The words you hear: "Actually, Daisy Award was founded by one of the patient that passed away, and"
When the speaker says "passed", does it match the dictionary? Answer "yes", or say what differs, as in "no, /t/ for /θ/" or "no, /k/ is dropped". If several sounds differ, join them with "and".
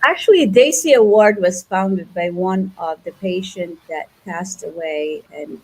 yes